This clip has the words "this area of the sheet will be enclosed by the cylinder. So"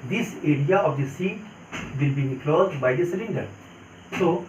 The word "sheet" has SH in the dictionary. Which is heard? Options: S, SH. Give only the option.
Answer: S